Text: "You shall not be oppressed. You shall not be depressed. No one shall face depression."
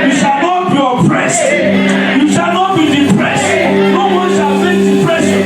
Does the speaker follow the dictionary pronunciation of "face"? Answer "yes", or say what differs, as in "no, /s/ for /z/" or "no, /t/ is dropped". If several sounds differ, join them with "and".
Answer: no, /s/ is dropped